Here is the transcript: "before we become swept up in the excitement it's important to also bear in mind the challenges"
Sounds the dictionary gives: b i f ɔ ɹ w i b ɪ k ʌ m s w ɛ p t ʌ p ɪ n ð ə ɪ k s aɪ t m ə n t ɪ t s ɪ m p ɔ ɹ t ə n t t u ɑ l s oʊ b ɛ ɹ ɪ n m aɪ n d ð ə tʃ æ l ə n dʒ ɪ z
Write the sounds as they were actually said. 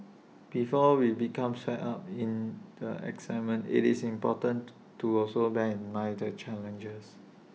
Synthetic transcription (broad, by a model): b i f ɔ w i b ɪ k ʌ m s ɛ t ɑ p ɪ n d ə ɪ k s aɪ m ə n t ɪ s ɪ m p ɔ t ə n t t u ɑ l s oʊ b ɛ ɪ n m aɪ d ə tʃ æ l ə n dʒ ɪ s